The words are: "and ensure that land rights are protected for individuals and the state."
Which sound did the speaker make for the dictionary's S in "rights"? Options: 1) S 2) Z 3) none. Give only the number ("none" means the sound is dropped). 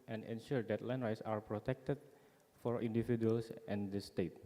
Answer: 1